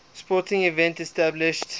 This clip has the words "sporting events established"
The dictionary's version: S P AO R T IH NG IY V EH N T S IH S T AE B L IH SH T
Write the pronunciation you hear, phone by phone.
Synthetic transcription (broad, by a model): S P AO T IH NG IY V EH N T IH S T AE B L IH SH T